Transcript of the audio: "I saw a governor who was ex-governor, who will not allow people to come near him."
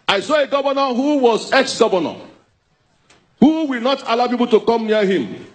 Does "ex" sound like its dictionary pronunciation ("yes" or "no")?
yes